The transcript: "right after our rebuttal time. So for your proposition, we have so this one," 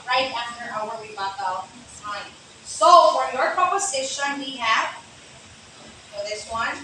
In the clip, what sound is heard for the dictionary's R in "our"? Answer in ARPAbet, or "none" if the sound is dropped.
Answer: W